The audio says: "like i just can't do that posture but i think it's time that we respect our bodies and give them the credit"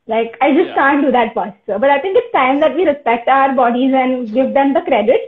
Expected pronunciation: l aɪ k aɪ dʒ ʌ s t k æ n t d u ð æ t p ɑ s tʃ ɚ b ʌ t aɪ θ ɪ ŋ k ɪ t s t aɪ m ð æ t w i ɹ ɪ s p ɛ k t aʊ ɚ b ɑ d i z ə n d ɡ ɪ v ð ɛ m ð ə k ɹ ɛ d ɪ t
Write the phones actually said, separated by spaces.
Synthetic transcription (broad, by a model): l aɪ k aɪ dʒ ʌ s t k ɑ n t d u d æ t f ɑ s s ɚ b ʌ t aɪ t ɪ ŋ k ɪ t s t aɪ m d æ t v i ɹ ɪ s p ɛ k t aʊ ɚ b ɑ d i z ə n d ɡ ɪ v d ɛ m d ə k ɹ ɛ d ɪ t